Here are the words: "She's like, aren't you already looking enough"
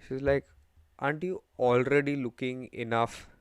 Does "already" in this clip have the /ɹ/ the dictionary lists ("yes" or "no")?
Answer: yes